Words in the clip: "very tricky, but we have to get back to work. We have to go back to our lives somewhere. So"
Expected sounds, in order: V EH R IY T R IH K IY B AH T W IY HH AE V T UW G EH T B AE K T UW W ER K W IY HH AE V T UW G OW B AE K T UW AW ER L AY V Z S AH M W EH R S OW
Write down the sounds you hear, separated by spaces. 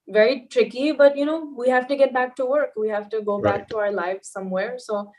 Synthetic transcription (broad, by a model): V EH R IY T R IH K IY B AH T W IY HH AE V T UW G EH T B AE K T UW W ER K W IY HH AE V T UW G OW B AE K T UW AW ER L AY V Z S AH M W EH R S OW